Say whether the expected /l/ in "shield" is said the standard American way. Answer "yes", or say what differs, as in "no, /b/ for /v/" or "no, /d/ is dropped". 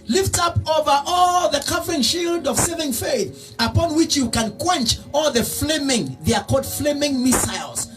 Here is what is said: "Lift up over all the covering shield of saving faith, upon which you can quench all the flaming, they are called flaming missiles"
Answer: yes